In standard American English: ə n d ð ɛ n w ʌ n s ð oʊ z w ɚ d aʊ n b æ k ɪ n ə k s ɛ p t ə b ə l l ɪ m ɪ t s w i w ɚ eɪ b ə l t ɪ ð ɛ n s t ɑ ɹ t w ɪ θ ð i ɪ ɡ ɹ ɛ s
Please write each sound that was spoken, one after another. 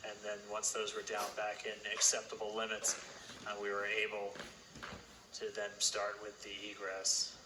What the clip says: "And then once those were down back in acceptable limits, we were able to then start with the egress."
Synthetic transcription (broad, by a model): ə n ð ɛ n w ʌ n s ð oʊ z w ɚ d aʊ n b æ k ɪ n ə k s ɛ p t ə b l l ɪ m ɪ t s w i w ɚ eɪ b l t ɪ ð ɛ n s t ɑ ɹ t w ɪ ð i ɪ ɡ ɹ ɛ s